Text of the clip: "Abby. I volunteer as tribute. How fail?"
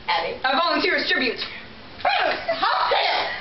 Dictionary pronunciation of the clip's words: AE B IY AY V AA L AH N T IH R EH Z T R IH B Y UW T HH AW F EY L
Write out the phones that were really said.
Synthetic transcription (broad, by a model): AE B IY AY V AA L AH N T IH R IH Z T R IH B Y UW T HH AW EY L